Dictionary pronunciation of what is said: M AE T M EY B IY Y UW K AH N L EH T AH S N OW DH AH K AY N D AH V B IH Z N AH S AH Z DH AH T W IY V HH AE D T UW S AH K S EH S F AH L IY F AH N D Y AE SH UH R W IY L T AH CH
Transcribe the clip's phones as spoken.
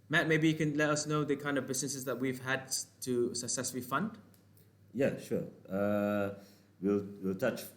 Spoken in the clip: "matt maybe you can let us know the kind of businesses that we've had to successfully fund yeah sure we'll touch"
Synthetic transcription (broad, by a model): M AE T M EY B IY Y UW K AH N L EH T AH S N OW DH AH K AY N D AH V B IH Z N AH S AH S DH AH T W IY V HH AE D T UW S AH K S EH S F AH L IY F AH N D Y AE SH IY L W IY L T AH CH